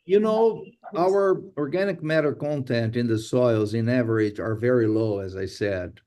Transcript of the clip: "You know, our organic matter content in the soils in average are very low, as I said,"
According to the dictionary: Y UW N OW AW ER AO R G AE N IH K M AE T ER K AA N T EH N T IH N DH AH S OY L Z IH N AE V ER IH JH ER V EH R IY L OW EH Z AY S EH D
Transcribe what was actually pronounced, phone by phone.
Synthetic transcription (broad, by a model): Y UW N OW AW ER AO R G AE N IH K M AE T ER K AA N T EH N T IH N DH AH S OY L Z IH N AE V ER IH JH ER V EH R IY L OW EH Z AY S EH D